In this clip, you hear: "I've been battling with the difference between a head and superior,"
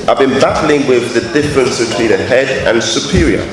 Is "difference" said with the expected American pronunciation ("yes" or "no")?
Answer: yes